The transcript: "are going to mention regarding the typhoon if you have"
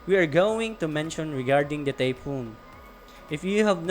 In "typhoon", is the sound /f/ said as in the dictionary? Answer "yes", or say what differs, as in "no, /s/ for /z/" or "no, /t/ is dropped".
no, /p/ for /f/